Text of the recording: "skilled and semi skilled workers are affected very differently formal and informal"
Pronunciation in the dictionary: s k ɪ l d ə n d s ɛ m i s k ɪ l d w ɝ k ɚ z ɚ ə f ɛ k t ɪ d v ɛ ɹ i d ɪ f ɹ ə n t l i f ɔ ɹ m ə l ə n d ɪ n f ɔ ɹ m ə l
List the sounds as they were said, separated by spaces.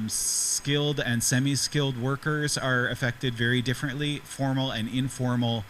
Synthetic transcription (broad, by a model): s k ɪ l d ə n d s ɛ m i s k ɪ l d w ɝ k ɚ z ɚ ə f ɛ k t ɪ d v ɛ ɹ i d ɪ f ɹ ə n t l i f ɔ ɹ m l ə n ɪ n f ɔ ɹ m l